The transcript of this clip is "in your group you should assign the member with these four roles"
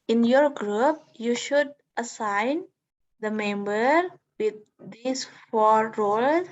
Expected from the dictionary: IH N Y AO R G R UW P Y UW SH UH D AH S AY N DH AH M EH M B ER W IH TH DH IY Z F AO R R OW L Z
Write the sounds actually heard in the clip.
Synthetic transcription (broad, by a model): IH N Y AO R G R UW P Y UW SH UH D AH S AY N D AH M EH M B ER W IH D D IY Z F AO R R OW L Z